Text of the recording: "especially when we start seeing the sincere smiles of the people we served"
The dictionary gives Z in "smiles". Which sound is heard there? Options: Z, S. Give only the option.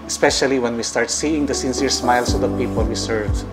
S